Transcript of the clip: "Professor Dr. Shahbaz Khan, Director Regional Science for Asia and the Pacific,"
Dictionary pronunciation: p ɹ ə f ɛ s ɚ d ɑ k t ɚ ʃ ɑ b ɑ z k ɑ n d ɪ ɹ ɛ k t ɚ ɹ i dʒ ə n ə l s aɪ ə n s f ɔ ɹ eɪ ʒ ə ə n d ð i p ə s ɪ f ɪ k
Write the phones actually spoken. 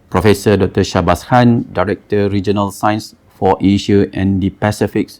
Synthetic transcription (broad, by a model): p ɹ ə f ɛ s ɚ d ɑ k t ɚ ʃ ɑ b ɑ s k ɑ n d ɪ ɹ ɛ k t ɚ ɹ i dʒ ə n ə l s aɪ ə n s f ɔ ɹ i ʃ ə ə n d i p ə s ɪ f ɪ k